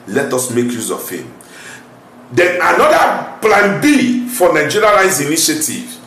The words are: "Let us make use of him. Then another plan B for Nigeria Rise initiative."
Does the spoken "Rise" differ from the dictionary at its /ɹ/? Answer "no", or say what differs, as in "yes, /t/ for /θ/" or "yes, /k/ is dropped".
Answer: yes, /l/ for /ɹ/